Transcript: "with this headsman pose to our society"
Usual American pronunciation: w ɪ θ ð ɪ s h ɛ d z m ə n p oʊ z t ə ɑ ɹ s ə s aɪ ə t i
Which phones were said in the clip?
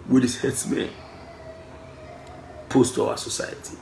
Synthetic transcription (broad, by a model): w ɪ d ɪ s h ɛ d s m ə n p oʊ s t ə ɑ s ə s aɪ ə t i